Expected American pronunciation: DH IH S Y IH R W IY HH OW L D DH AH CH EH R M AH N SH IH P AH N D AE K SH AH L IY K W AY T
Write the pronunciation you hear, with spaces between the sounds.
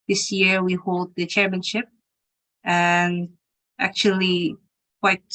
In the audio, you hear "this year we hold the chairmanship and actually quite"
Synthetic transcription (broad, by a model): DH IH S Y IH R W IY HH OW L D DH AH CH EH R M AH N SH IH P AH N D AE K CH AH L IY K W AY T